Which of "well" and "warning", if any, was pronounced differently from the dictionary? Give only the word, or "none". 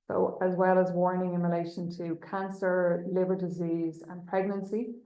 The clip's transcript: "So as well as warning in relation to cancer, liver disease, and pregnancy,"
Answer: none